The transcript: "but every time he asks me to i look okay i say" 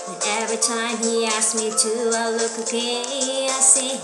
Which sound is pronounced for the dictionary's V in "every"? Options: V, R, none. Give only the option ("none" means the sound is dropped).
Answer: V